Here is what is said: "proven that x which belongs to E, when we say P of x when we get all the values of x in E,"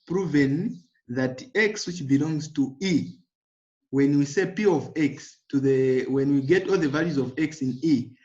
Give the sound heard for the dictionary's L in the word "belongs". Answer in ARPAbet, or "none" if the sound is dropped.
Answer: L